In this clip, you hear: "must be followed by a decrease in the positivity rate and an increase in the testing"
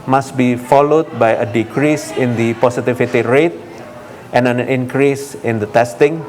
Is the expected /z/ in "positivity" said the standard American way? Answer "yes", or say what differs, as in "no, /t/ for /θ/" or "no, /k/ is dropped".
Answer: no, /s/ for /z/